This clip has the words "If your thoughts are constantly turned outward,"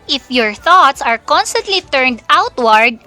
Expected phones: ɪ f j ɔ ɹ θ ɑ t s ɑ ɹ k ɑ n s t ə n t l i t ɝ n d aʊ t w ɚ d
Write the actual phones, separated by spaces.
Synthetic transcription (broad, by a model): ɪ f j ɔ ɹ θ ɑ t s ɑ ɹ k ɑ n s t ə n t l i t ɝ n d aʊ t w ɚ d